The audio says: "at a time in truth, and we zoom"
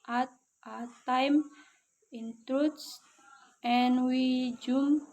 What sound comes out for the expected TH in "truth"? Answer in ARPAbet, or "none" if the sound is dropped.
S